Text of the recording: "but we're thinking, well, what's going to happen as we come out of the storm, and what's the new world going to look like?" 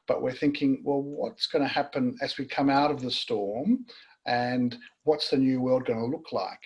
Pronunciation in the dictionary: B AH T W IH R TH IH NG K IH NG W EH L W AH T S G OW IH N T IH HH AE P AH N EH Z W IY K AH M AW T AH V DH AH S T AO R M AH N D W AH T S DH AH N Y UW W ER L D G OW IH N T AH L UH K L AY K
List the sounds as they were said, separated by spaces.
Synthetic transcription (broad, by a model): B AH T W IH R TH IH NG K IH NG W EH L W AH T S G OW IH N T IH HH AE P AH N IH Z W IY K AH M AW T AH V DH AH S T AO R M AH N W AH T S DH AH N Y UW W ER L D G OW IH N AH L UH K L AY K